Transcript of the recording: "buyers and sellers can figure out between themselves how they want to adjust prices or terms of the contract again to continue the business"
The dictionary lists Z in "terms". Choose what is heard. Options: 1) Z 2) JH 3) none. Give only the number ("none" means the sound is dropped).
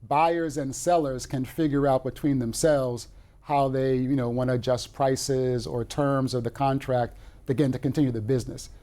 1